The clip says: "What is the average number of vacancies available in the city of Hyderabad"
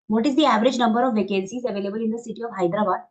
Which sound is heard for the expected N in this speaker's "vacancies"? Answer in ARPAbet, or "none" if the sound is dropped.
L